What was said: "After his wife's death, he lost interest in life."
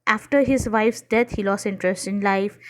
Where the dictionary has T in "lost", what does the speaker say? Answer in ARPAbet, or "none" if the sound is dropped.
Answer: none